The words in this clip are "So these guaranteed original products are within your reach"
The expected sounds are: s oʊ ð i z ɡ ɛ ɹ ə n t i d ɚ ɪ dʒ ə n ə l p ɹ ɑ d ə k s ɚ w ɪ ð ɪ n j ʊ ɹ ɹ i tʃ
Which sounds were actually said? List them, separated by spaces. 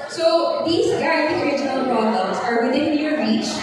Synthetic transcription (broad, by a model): s oʊ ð i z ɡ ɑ ə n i ɚ ɪ dʒ ə n ə l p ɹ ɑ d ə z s ɚ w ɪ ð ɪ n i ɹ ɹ i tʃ